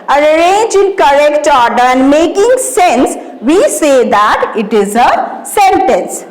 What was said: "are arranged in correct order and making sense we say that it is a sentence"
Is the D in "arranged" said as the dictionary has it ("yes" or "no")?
no